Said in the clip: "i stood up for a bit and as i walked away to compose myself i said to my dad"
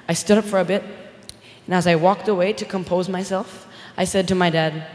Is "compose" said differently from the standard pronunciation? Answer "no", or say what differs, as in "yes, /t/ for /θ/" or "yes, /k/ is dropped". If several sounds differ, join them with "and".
no